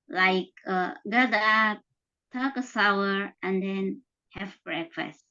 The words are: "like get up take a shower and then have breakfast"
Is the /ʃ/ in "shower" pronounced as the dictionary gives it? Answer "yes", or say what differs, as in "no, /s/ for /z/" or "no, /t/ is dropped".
no, /s/ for /ʃ/